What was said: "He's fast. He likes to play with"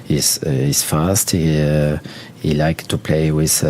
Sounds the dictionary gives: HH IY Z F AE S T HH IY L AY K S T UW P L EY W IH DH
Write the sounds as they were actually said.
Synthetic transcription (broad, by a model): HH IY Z F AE S T HH IY L AY K T UW P L EY W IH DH